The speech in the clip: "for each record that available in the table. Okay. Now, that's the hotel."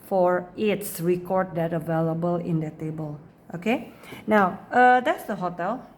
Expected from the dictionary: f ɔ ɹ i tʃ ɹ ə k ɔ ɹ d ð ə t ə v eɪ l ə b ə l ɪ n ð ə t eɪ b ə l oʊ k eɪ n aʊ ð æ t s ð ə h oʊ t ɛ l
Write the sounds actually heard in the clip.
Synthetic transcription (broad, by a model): f ɔ ɹ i s ɹ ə k ɔ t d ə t ə v eɪ l ə b ə l ɪ n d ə t eɪ b ə l oʊ k eɪ n aʊ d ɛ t s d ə h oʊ t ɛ l